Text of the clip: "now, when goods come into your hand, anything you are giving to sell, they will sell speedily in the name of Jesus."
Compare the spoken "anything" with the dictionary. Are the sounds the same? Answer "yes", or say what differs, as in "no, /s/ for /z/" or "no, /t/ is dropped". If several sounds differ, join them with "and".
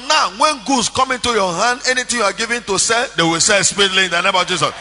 no, /t/ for /θ/